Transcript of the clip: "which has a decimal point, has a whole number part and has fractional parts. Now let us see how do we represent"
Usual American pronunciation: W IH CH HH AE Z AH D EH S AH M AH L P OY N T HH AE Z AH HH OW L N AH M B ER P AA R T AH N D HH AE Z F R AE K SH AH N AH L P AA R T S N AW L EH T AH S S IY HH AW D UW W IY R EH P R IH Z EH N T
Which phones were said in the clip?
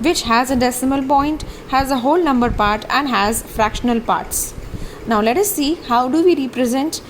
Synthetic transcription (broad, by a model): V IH CH HH AE Z AH D EH S AH M AH L P OY N T HH AE Z AH HH OW L N AH M B ER P AA R T AH N D HH AE Z F R AE K SH AH N AH L P AA R T S N AW L EH T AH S S IY HH AW D UW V IY R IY P R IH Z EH N T